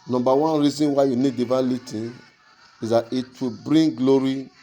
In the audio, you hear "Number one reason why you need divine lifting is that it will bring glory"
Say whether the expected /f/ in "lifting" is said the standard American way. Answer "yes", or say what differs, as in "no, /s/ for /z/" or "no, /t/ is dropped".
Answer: no, /f/ is dropped